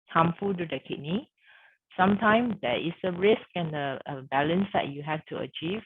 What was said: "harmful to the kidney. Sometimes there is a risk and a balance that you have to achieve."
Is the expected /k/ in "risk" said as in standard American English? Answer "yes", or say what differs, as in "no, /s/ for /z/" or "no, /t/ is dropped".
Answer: yes